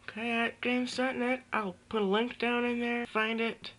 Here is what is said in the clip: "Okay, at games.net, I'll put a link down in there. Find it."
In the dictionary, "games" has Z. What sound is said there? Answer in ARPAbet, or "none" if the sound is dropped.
S